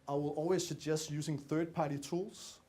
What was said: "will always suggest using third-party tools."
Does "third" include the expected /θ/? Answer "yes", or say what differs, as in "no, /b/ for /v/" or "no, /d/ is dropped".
yes